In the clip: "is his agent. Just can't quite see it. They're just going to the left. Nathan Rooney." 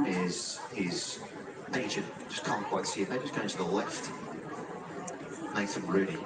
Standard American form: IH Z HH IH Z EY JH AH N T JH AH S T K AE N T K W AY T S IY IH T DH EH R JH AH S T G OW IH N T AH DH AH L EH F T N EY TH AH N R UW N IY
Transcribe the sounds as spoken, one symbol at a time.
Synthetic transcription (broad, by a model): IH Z HH IH Z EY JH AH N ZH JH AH S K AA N K W AY T S IY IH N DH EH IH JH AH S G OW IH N T AH DH AH L EH F T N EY S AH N R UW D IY